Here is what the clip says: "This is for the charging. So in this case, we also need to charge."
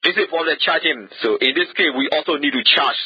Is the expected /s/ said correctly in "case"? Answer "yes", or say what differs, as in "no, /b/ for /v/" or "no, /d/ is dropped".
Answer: no, /s/ is dropped